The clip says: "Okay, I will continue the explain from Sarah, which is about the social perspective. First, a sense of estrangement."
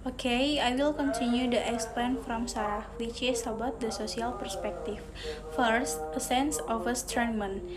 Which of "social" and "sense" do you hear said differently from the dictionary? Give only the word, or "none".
social